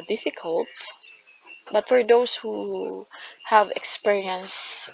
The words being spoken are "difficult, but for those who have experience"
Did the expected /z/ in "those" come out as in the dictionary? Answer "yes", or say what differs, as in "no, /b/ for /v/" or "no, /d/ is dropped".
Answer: no, /s/ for /z/